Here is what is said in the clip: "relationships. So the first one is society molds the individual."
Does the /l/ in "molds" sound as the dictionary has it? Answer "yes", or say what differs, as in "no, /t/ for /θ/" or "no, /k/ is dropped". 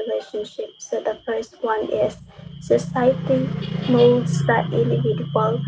no, /l/ is dropped